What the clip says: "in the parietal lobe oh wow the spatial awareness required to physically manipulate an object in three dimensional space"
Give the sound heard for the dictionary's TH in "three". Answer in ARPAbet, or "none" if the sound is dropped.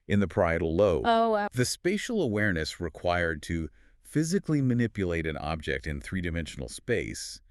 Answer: TH